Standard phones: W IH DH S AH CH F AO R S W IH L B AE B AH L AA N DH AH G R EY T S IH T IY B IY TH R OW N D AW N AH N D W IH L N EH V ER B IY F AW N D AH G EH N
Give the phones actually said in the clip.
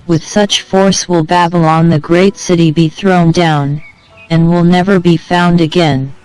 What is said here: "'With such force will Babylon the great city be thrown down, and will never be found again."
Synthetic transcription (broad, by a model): W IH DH S AH CH F AO R S W IH L B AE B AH L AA N DH AH G R EY T S IH T IY B IY TH R OW N D AW N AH N W IH L N EH V ER B IY F AW N D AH G EH N